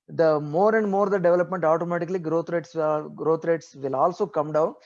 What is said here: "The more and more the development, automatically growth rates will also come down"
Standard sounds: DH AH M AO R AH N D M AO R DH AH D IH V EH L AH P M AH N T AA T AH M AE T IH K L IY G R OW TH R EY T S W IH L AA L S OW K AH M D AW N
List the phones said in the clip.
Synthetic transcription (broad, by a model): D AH M AO R AH N D M AO R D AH D IH V EH L AH P M AH N T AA T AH M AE T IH K L IY G R OW T R EY T S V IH L AA L S OW K AH M D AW N